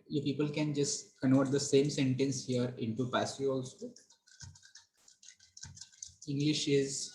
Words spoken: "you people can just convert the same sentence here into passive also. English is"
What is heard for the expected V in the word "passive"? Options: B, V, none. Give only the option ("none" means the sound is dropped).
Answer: none